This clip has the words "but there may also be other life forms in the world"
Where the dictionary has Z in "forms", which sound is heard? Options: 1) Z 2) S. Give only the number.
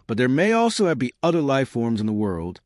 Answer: 1